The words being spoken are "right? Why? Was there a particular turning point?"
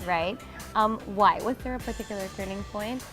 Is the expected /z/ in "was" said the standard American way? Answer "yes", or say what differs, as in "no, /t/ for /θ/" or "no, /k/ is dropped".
yes